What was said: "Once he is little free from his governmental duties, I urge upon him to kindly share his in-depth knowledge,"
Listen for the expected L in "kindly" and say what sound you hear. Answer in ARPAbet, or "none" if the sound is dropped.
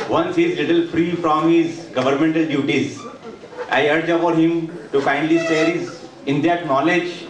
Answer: none